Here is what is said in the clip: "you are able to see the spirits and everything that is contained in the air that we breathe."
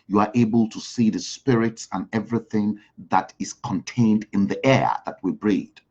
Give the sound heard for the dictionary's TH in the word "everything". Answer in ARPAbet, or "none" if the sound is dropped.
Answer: TH